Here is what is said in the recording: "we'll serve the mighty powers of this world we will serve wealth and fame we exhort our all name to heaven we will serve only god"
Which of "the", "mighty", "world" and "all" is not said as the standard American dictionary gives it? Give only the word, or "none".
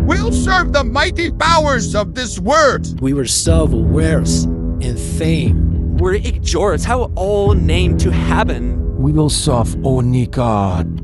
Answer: world